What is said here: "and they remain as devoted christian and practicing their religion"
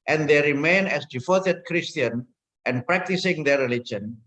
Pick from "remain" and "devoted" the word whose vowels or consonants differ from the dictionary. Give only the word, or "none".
devoted